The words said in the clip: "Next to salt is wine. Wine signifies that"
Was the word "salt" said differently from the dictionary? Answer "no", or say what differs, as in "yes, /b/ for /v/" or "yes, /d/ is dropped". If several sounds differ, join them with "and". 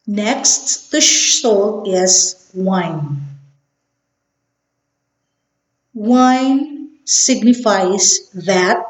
yes, /ʃ/ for /s/ and /t/ is dropped